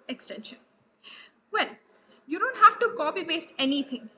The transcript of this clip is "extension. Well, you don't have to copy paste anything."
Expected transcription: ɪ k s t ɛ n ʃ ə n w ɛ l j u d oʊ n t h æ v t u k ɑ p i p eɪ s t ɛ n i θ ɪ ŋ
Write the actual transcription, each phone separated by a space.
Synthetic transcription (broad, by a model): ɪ k s t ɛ n ʃ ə n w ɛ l j u d oʊ n t h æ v t u k ɑ p i b eɪ s t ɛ n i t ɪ ŋ